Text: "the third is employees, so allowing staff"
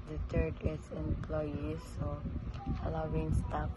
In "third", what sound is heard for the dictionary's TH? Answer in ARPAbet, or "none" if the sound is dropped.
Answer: T